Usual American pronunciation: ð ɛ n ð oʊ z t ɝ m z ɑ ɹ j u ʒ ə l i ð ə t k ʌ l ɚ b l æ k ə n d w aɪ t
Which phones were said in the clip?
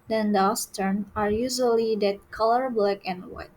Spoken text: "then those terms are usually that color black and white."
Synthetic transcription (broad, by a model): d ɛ n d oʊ s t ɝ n ɑ ɹ j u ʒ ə l i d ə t k ʌ l ɚ b l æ k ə n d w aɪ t